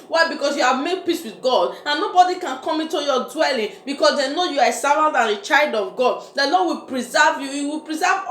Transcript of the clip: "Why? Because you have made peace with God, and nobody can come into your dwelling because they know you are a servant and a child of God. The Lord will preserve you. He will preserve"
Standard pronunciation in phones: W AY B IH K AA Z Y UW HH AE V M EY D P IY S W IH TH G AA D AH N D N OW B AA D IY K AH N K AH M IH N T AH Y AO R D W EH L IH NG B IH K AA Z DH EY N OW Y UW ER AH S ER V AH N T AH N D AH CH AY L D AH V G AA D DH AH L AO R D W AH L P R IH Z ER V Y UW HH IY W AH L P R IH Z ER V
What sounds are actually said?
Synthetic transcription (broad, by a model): W AY B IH K AA S Y UW HH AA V M EY D P IY S W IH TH G AA D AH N N OW B AA D IY K AH N K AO M IH N T AH Y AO D W EH L IH NG B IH K AA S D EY N OW Y UW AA AH S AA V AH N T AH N AH CH AY L D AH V G AA D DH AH L AO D W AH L P R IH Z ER V Y UW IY W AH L P R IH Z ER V